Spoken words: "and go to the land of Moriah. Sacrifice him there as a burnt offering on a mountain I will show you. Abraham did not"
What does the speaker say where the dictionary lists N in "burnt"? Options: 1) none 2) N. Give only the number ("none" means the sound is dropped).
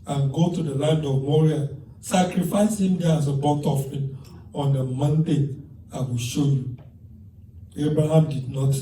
1